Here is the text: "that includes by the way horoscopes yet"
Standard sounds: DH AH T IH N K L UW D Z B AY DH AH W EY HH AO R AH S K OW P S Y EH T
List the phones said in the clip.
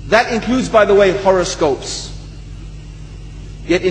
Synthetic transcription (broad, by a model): DH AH T IH N K L UW D Z B AY DH AH W EY HH AO R AH S K OW P S Y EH T